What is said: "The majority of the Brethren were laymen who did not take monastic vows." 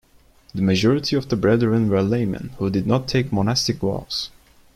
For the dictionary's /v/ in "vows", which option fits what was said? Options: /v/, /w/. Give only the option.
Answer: /w/